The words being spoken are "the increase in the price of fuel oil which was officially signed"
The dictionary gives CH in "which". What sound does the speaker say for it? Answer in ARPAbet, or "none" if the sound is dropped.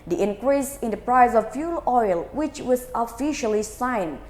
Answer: CH